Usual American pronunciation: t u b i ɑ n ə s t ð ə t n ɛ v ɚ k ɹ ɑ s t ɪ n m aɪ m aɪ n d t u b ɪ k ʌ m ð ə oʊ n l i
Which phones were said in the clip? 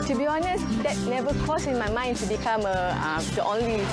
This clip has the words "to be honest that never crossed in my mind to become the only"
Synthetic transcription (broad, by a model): t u b i ɑ n ə s t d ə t n ɛ v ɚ k ɑ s ɪ n m aɪ m aɪ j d t u b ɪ k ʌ m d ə oʊ n l i